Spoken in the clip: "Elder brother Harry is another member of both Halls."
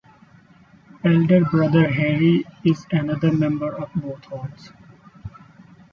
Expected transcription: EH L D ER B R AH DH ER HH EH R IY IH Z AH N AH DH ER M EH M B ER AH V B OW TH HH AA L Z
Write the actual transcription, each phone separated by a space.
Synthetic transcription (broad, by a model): EH L D ER B R AH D ER HH EH R IY IH Z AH N AH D ER M EH M B ER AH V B OW T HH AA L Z